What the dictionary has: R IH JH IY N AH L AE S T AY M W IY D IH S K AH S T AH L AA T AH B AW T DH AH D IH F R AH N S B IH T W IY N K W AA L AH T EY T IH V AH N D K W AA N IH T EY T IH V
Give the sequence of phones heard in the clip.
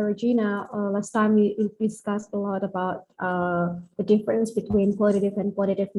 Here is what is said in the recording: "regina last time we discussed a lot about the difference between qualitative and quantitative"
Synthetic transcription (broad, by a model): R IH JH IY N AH L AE S T AY M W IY D IH S K AH S T AH L AA T AH B AW T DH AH D IH F R AH N S B IH T W IY N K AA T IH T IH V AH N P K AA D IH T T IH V